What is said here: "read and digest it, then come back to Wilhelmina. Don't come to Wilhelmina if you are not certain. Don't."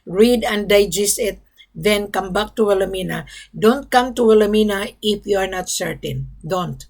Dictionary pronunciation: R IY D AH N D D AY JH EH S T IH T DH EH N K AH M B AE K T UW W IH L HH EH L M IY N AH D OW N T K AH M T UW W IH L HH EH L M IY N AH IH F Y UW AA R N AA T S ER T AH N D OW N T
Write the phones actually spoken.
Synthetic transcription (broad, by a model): R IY D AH N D D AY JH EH S IH T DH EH N K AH M B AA K T UW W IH L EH M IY N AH D OW N T K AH M T UW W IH L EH M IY N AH IH F Y UW AA R N AA T S ER T AH N D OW N T